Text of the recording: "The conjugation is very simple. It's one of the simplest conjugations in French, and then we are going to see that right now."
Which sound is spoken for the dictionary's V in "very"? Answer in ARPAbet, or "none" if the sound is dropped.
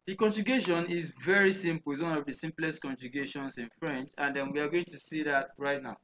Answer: V